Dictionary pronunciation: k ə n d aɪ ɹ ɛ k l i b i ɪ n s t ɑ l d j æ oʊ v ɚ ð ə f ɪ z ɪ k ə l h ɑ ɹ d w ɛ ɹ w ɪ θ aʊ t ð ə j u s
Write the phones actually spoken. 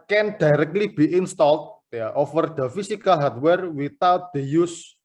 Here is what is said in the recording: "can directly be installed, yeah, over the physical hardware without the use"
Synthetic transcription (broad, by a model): k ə n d aɪ ɹ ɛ k l i b i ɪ n s t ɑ l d j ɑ oʊ f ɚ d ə f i s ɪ k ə l h ɑ ɹ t w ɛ ɹ w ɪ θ aʊ t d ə j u s